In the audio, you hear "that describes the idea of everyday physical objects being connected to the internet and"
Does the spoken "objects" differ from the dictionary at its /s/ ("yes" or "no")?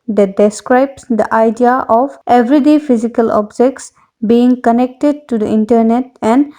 no